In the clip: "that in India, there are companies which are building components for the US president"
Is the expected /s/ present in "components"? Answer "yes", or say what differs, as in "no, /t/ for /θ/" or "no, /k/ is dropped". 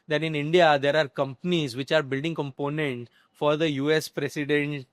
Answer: no, /s/ is dropped